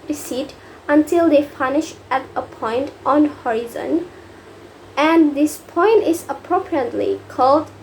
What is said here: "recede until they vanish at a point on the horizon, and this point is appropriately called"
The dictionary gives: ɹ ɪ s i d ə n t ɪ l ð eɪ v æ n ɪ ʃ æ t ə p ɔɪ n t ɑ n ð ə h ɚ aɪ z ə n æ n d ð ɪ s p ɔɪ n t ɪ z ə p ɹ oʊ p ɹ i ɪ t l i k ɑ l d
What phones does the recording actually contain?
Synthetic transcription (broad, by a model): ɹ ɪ s i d ə n t ɪ l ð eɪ p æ n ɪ ʃ æ t ə p ɔɪ n t ɑ n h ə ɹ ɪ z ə n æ n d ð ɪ s p ɔɪ n t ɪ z ə p ɹ oʊ p ɹ i ɪ t l i k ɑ l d